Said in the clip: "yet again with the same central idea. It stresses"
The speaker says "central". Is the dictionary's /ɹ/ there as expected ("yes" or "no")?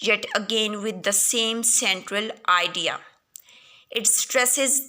yes